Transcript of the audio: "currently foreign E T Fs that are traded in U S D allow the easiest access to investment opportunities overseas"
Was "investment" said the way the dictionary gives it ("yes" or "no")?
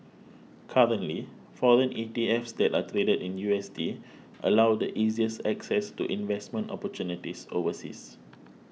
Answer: yes